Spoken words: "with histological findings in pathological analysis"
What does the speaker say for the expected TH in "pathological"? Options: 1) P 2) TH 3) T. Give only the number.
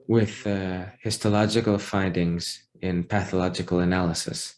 2